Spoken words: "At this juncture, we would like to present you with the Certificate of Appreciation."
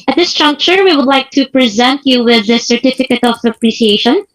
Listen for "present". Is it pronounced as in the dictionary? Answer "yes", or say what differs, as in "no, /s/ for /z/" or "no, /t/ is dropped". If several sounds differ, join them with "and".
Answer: yes